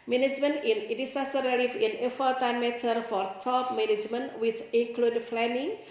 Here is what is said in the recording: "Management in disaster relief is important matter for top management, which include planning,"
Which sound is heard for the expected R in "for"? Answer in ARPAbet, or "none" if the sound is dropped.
R